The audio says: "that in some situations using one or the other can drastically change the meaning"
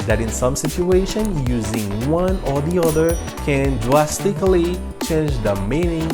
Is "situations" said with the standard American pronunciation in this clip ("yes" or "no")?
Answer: no